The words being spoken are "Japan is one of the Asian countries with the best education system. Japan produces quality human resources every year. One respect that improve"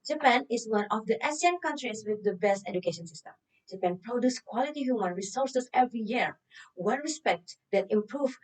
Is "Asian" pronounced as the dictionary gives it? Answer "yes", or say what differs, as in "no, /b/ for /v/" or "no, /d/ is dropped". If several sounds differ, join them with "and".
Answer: no, /s/ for /ʒ/